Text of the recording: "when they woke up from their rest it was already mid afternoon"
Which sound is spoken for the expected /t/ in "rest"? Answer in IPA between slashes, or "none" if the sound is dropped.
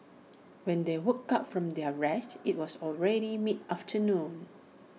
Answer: /t/